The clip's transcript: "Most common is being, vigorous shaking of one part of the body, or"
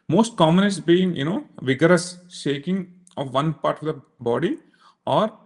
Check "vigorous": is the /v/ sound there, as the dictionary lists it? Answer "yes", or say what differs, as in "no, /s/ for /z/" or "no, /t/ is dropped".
yes